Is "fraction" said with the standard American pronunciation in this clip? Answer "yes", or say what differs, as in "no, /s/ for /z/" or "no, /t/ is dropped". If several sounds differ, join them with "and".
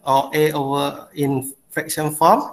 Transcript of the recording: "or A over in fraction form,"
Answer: no, /ɹ/ is dropped